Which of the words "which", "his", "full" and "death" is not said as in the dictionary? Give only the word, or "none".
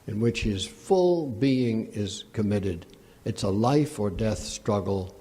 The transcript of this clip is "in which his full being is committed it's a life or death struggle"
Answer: none